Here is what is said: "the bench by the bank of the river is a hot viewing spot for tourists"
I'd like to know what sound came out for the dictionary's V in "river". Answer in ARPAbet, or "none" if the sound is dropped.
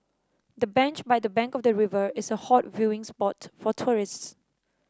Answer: V